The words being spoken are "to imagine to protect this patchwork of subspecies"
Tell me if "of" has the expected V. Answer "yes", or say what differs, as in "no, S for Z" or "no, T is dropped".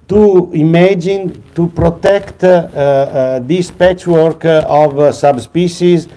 yes